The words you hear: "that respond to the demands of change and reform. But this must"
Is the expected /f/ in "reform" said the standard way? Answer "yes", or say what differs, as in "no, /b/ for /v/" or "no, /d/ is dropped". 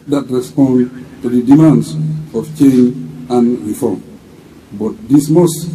yes